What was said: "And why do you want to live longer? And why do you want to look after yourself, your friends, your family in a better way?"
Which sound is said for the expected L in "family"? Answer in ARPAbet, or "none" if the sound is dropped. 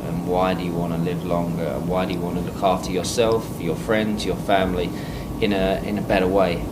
N